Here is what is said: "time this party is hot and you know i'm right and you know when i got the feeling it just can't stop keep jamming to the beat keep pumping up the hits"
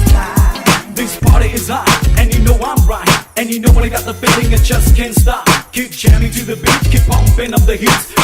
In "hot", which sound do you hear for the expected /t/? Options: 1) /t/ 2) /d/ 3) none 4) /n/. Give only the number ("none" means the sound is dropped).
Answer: 3